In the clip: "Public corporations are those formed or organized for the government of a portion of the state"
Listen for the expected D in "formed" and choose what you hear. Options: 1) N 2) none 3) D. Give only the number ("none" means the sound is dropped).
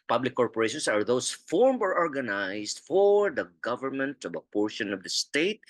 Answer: 2